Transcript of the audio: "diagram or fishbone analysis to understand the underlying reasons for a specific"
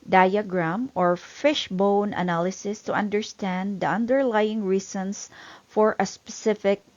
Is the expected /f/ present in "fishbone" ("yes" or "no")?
yes